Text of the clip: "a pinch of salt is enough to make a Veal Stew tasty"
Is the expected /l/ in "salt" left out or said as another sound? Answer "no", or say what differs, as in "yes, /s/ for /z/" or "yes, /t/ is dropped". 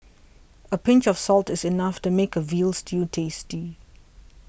no